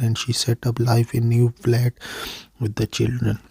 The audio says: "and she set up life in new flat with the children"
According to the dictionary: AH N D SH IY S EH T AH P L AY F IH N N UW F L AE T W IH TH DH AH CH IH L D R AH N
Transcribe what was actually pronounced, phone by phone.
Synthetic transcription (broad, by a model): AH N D SH IY S EH T AH P L AY F IH N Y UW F L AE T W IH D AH CH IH L D R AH N